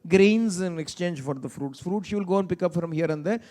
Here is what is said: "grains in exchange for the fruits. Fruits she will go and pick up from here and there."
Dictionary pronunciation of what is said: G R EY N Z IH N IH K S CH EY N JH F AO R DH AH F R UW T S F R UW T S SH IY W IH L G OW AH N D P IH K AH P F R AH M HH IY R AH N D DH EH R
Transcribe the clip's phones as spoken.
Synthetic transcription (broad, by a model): G R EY N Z IH N IH K S CH EY N JH F AO R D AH F R UW T S F R UW T S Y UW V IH L G OW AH N P IH K AH P F R AH M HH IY R AH N D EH